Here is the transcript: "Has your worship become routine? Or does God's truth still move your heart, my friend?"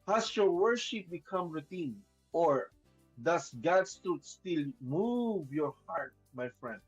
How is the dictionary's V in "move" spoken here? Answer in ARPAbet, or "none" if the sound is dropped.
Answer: V